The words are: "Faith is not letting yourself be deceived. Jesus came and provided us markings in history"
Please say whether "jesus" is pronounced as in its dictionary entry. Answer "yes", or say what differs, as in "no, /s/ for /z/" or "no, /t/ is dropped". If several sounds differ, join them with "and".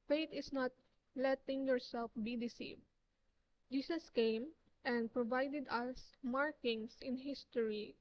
no, /s/ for /z/